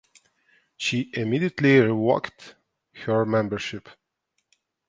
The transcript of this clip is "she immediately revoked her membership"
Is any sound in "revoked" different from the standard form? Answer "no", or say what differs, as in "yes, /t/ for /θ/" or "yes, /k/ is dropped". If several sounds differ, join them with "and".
yes, /w/ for /v/